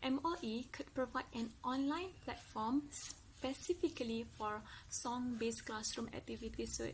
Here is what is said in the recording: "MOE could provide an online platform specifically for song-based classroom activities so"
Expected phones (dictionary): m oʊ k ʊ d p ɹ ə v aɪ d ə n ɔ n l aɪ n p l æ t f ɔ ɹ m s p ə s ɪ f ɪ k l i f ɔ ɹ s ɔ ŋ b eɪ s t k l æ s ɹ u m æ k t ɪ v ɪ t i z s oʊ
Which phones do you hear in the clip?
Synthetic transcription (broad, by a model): m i k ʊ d p ɹ ə v aɪ d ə n ɔ n l aɪ n p l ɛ t f ɔ m s p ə s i f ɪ k l i f ɔ ɹ s ɔ ŋ b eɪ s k l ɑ s ɹ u m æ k t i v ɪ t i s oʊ